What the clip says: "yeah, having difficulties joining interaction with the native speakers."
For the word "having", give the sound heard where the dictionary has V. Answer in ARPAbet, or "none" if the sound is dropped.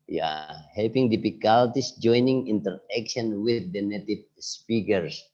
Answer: P